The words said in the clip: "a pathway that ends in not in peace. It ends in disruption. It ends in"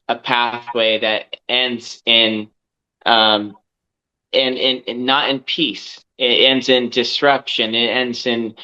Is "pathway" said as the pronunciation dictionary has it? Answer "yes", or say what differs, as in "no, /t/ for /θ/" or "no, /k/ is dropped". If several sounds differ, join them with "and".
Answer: yes